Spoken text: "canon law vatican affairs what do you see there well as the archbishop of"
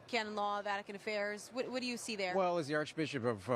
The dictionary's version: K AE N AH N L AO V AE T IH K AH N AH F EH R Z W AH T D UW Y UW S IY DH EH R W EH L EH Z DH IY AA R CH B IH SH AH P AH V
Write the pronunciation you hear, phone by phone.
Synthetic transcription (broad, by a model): K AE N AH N L AO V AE T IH K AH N AH F EH R Z W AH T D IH Y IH S IY DH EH R W EH L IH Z DH IY AA R CH B IH SH AH P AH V